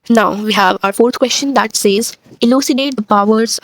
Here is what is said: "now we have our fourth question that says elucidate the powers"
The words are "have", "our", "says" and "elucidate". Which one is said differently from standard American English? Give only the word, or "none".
none